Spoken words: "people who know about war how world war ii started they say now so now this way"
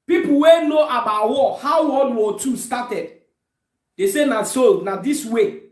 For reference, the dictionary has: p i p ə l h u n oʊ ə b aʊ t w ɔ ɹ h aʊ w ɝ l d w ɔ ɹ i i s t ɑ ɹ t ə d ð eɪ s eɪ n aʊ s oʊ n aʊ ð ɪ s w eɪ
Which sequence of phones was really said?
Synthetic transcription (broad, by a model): p i p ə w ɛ n oʊ ə b aʊ t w ɔ h aʊ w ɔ d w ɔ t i s t ɑ t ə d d eɪ s eɪ n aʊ s oʊ n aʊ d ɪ s w eɪ